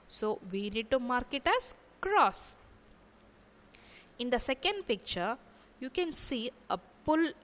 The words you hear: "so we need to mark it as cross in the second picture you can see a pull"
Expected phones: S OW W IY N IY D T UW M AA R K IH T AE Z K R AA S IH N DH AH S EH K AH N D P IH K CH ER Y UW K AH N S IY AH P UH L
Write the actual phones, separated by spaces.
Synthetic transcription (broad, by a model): S OW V IY N IY D T UW M AA R K IH T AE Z K R AA S IH N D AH S EH K AH N D P IH K CH ER Y UW K AH N S IY AH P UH L